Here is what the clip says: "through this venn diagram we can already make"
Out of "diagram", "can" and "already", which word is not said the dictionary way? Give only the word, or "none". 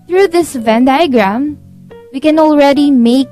none